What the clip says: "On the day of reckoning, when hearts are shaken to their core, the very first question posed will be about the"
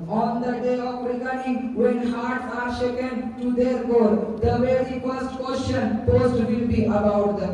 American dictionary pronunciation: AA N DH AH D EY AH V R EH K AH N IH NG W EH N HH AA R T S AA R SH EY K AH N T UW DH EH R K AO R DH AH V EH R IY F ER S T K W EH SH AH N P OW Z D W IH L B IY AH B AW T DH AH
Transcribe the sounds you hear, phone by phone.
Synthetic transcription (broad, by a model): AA N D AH D EY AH P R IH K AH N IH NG W EH N HH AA R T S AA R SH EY K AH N T UW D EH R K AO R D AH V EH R IY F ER S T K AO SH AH N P OW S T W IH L B IY AH B AW T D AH